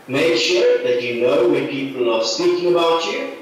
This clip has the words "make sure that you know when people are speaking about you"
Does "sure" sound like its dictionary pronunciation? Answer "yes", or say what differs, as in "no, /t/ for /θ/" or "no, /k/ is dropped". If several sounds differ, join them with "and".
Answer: yes